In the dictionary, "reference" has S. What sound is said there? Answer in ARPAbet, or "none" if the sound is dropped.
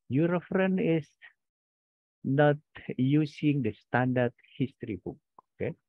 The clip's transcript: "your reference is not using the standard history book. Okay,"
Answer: none